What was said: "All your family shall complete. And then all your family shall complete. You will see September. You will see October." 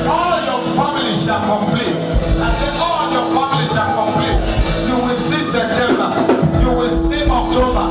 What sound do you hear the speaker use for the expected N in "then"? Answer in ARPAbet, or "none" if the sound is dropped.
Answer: L